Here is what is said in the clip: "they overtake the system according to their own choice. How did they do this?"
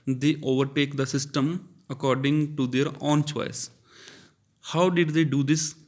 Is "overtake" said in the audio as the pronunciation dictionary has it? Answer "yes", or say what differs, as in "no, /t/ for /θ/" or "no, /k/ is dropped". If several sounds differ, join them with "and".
yes